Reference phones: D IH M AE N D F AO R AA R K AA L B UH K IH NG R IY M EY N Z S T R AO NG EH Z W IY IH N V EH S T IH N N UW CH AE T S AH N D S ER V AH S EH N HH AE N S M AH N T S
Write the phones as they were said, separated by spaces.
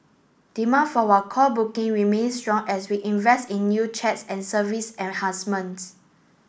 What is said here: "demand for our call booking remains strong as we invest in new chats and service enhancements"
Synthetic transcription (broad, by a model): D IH M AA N F AO W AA K AA L B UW K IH NG R IY M EY N S T R AO NG EH S W IY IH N V EH S T IH N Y UW CH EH T S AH N S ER V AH S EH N HH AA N S M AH N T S